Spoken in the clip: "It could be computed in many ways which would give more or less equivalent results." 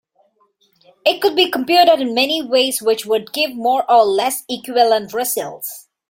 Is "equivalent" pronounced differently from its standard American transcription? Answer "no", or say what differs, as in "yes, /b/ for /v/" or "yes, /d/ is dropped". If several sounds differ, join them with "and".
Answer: yes, /v/ is dropped